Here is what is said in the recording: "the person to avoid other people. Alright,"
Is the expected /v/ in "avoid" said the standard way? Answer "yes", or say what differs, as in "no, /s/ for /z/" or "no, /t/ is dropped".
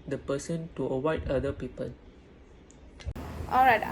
no, /w/ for /v/